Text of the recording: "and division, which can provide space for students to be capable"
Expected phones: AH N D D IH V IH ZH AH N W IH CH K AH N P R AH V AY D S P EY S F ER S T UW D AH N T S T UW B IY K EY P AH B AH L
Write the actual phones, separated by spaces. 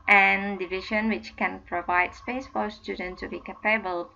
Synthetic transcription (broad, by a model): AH N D D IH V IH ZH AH N W IH CH K AH N P R AH V AY D S P EY S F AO S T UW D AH N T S T UW B IY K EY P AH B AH L